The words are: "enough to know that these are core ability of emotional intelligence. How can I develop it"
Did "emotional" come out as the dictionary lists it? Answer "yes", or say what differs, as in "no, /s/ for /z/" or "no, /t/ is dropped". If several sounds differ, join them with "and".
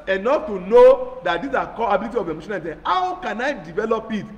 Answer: no, /n/ is dropped and /n/ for /l/